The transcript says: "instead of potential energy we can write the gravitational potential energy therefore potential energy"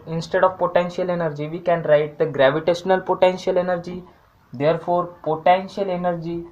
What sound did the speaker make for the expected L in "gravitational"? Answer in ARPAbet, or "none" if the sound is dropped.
L